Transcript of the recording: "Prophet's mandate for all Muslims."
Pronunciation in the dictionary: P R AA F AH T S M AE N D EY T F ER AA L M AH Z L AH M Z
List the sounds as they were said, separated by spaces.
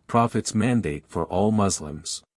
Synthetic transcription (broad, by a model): P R AA F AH T S M AE N D EY T F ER AA L M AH Z L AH M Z